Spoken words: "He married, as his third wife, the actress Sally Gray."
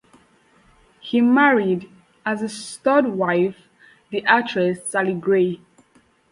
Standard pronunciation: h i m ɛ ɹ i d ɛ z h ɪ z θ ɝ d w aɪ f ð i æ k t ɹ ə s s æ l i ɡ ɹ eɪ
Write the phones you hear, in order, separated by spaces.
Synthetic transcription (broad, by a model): h i m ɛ ɹ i d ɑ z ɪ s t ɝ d w aɪ f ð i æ t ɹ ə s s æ l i ɡ ɹ eɪ